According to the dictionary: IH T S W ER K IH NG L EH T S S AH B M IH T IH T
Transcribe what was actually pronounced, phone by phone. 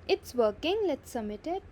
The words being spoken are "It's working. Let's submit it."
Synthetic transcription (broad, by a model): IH T S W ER K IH NG L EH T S S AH M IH T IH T